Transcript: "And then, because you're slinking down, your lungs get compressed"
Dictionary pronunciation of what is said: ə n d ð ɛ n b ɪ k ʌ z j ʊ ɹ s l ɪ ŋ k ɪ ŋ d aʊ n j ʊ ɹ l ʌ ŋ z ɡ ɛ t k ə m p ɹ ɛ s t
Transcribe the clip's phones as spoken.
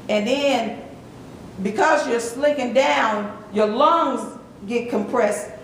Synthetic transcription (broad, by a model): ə n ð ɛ n b ɪ k ʌ z j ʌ ɹ s l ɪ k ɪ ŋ d aʊ n j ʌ ɹ l ʌ ŋ z ɡ ɛ t k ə m p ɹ ɛ s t